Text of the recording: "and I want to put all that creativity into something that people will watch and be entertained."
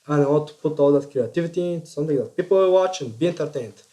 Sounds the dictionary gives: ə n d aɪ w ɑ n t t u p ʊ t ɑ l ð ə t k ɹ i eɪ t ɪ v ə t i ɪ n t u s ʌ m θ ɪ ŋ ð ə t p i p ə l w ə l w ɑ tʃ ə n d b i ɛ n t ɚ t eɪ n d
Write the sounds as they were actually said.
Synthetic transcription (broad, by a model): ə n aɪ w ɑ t t u p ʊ t ɑ l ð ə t k ɹ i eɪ t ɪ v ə t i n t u s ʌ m t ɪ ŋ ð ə t p i p ə l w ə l w ɑ tʃ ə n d b i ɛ n t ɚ t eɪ n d